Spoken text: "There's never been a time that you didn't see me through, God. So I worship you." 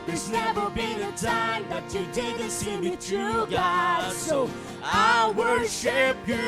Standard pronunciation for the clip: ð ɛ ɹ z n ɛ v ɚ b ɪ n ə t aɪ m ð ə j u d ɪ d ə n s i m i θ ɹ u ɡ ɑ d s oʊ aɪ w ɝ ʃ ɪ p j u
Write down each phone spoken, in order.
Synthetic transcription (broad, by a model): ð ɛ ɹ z n ɛ v ɚ b ɪ n ə t aɪ m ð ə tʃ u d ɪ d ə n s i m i t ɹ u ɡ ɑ s oʊ aɪ w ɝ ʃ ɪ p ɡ